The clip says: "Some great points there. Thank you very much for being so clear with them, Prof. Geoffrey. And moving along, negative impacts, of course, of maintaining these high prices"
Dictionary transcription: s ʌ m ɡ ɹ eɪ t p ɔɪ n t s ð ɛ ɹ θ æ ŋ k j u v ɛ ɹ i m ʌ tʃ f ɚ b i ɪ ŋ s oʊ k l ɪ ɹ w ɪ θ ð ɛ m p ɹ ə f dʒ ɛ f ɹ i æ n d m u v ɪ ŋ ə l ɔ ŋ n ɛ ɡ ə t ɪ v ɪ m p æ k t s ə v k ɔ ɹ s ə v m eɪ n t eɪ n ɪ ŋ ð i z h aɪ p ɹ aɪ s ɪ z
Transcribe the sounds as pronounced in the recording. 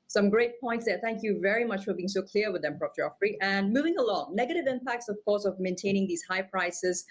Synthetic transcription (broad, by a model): s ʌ m ɡ ɹ eɪ t p ɔɪ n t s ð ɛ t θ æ ŋ k j u v ɛ ɹ i m ʌ tʃ f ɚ b i ɪ ŋ s oʊ k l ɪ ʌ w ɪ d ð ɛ m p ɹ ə p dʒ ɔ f ɹ i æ n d m u v ɪ ŋ ə l ɔ ŋ n ɛ ɡ ə t ɪ v ɪ m p æ k t s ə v k ɔ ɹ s ə v m eɪ n t eɪ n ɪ ŋ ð i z h aɪ p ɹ aɪ s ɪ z